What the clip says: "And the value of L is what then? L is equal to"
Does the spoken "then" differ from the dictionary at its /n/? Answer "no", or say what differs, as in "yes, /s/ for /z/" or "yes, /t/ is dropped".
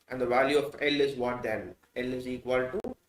yes, /l/ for /n/